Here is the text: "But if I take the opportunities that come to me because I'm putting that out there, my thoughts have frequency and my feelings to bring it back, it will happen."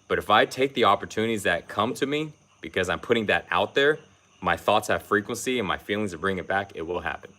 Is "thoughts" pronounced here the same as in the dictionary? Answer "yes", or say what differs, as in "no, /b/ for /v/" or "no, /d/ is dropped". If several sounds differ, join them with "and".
yes